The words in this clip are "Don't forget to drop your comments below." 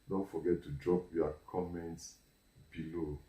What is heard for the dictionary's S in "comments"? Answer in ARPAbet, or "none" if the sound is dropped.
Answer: S